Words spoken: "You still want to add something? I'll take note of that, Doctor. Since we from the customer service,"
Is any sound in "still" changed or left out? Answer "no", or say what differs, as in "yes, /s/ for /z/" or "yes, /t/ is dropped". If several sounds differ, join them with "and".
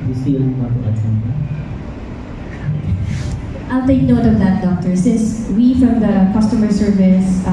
yes, /n/ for /l/